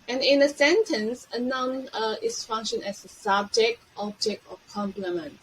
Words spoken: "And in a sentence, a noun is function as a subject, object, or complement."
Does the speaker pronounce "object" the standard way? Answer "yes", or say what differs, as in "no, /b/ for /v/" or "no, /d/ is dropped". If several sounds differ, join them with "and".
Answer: yes